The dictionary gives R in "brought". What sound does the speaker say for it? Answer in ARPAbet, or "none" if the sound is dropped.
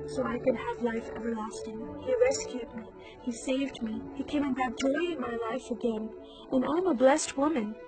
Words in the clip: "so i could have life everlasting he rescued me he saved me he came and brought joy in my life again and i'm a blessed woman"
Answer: none